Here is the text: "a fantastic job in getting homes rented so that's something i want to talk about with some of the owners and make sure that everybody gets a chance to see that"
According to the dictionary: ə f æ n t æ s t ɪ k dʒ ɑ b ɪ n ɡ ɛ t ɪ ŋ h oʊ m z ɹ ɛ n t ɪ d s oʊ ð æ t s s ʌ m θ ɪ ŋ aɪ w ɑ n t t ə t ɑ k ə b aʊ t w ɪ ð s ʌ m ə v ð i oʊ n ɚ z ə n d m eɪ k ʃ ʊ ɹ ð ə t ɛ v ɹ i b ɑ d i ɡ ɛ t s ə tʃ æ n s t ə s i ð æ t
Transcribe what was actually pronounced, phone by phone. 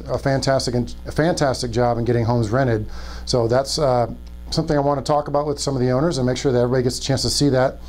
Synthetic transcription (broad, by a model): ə f æ n t æ s t ɪ k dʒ ɑ b ɪ n ɡ ɛ t ɪ ŋ h oʊ m z ɹ ɛ t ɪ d s oʊ ð æ t s s ʌ m θ ɪ ŋ aɪ w ɑ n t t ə t ɑ k ə b aʊ t w ɪ ð s ʌ m ə v ð i oʊ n ɚ z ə n m eɪ k ʃ ʊ ɹ ð ə t ɛ v ɹ i b ɑ d i ɡ ɛ t s ə tʃ æ n s t ə s i ð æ t